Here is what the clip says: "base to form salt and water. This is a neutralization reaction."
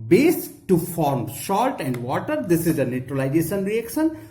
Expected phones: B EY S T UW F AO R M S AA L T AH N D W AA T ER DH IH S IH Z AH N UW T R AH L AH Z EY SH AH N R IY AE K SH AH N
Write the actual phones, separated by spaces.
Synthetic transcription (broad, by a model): B EY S T UW F AO R M SH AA L T AH N D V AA T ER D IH S IH Z AH N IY T R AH L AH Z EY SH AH N R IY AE K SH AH N